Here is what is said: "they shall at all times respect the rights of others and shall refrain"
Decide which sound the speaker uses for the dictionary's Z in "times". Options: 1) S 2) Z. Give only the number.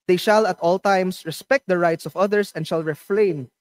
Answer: 1